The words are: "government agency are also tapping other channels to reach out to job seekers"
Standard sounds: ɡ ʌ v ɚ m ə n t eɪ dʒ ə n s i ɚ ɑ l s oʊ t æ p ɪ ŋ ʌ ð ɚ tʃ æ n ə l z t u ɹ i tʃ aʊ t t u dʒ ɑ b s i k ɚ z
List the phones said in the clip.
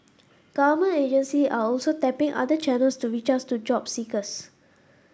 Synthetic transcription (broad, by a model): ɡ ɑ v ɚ m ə n eɪ dʒ ə n s i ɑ ɑ l s oʊ t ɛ p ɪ ŋ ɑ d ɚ tʃ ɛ n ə l s t u ɹ i tʃ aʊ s t u dʒ ɑ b s i k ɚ s